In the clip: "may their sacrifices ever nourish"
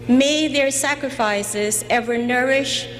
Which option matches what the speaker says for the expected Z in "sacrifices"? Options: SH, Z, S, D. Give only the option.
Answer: Z